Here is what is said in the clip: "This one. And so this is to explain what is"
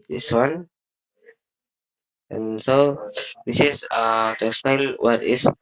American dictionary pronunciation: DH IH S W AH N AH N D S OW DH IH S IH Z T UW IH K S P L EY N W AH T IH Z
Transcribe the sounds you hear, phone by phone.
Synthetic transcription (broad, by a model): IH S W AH N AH N S OW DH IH S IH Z T UW IH K S P L EY N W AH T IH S